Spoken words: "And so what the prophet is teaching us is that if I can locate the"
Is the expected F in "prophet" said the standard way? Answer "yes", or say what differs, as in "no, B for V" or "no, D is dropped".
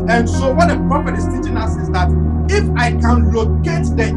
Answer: no, P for F